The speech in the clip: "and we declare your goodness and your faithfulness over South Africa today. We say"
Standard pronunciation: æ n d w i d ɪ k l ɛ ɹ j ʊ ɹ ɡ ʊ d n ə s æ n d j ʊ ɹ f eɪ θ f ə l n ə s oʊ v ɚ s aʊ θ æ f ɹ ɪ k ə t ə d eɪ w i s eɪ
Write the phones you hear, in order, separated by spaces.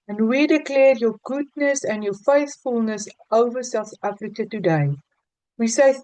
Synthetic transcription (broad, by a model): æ n w i d ɪ k l ɛ ɹ j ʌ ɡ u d n ə s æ n j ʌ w f eɪ θ f ə l n ə s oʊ v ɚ s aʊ θ æ f ɹ ɪ k ə t ə d eɪ w i s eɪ